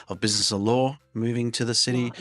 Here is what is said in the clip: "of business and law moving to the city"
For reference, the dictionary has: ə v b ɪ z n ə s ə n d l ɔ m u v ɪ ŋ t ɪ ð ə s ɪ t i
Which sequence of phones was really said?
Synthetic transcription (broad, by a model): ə v b ɪ z n ə s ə l ɔ m u v ɪ ŋ t ɪ ð ə s ɪ t i